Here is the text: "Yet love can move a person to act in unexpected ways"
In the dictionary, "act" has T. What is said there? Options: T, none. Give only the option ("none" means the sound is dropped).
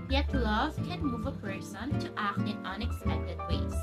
T